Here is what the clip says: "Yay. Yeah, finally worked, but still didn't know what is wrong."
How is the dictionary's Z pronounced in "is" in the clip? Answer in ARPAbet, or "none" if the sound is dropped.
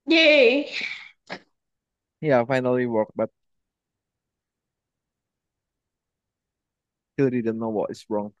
S